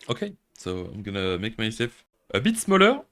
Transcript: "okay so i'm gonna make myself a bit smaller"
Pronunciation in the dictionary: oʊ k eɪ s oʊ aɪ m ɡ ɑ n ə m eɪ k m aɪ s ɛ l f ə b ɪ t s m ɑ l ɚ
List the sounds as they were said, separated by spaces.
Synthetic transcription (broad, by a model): oʊ k eɪ s oʊ aɪ m ɡ ɑ n ə m eɪ k m aɪ s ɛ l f ə b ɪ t s m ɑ l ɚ